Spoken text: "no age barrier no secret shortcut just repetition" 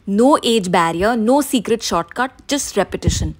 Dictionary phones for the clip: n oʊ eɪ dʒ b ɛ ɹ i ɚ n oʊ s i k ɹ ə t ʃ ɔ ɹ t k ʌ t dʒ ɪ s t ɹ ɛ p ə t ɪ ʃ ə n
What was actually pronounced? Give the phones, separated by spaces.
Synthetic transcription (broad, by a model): n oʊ eɪ dʒ b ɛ ɹ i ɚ n oʊ s i k ɹ ə t ʃ ɔ ɹ t k ʌ t dʒ ɪ s t ɹ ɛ p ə t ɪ ʃ ə n